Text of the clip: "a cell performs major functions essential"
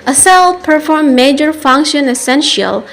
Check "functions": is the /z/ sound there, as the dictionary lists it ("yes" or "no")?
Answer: no